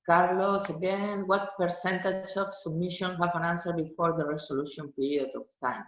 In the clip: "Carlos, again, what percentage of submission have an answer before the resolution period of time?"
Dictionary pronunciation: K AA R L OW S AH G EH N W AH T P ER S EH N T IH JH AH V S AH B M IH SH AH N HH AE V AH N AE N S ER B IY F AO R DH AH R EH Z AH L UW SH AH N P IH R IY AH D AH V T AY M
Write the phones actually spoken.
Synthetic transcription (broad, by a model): K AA R L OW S AH G EH N W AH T P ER S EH N T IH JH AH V S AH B M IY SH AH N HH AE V AH N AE N S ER B IY F AO R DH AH R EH S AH L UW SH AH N P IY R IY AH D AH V T AY M